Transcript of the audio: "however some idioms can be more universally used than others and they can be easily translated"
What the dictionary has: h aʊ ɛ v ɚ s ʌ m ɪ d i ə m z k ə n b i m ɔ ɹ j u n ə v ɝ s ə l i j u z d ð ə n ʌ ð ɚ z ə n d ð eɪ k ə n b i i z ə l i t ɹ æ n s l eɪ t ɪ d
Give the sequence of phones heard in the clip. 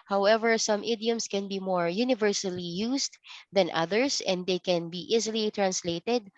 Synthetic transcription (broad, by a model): h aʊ ɛ v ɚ s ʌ m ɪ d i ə m s k ə n b i m ɔ ɹ j u n ə v ɝ s ə l i j u s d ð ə n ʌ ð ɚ s ə n d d eɪ k ə n b i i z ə l i t ɹ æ n s l eɪ t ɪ d